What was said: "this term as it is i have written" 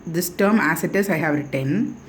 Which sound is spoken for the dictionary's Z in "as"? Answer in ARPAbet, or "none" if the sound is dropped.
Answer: S